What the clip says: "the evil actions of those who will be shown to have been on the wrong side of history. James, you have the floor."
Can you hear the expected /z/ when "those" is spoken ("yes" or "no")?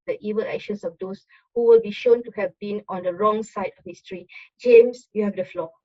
no